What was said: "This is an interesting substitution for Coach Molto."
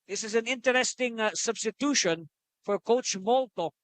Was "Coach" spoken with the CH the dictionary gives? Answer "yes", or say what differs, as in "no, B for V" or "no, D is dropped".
yes